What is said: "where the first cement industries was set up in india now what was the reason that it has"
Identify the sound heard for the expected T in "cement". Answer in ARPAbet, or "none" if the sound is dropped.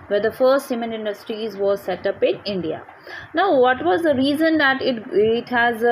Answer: none